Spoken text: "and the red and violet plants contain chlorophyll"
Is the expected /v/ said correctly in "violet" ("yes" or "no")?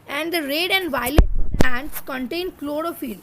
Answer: yes